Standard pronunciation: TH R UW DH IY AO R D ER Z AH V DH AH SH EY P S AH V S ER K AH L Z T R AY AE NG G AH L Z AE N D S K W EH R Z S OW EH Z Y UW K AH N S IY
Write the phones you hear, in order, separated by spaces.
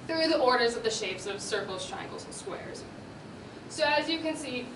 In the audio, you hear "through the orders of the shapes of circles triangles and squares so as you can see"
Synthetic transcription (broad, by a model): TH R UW DH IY AO R D ER Z AH V DH AH SH EY P S AH V S ER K L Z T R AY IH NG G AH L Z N S K W EH R Z S OW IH Z Y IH K AH N S IY